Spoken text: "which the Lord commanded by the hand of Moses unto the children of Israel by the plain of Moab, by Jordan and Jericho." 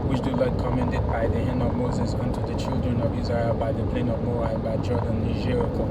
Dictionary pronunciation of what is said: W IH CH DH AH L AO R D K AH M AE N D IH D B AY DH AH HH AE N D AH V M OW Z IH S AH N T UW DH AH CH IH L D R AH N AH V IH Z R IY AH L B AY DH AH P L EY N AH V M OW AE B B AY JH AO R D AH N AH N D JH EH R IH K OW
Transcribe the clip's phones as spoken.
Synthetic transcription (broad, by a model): W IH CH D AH L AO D K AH M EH N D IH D B AY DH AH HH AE N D AH V M OW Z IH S AH N T UW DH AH CH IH L D R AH N AH V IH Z R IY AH L B AY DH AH P L EY N AH V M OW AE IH B AY JH AO R D AH N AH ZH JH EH R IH K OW